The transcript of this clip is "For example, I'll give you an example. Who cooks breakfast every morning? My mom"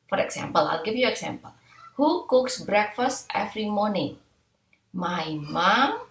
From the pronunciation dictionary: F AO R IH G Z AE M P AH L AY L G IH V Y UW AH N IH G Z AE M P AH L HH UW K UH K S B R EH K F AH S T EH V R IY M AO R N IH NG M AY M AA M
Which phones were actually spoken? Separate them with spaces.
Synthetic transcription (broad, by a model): F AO R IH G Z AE M P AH L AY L G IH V Y UW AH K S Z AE M P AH L HH UW K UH K S B R EH K F AH S T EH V R IY M AO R N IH NG M AY M AA M